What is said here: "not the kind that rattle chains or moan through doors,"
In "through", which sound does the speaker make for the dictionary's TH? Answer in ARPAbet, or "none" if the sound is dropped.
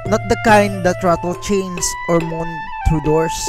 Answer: T